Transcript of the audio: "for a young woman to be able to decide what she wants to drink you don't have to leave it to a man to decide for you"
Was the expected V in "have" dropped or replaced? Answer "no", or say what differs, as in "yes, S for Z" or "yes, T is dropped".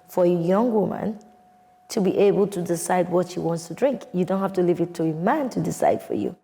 yes, F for V